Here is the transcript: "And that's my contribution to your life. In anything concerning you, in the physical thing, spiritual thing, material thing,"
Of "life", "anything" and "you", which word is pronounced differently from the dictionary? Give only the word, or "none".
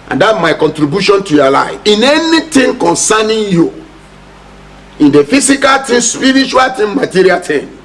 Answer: anything